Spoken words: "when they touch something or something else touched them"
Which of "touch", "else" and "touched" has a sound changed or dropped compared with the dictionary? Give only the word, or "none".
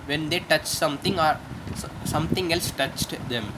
none